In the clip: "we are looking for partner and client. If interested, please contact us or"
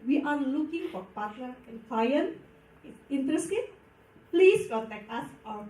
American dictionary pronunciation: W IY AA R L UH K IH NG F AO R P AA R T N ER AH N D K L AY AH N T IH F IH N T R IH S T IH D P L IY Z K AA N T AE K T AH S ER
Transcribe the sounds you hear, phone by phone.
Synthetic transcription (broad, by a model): W IY AA R L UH K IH NG F AO R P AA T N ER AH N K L AY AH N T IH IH N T R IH S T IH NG P L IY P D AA T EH K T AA S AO